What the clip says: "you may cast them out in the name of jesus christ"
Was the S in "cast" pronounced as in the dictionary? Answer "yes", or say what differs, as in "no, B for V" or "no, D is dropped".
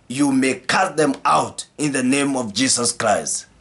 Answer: no, S is dropped